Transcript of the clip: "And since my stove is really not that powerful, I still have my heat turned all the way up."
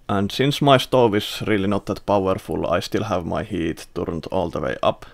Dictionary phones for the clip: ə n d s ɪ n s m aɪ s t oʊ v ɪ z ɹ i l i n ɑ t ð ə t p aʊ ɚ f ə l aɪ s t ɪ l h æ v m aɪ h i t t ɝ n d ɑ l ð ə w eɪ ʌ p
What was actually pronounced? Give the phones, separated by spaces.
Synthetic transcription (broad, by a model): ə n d s ɪ n s m aɪ s t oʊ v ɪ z ɹ i l i n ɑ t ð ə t p aʊ ɚ f ə l aɪ s t ɪ l h æ v m aɪ h i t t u n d ɑ l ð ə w eɪ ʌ p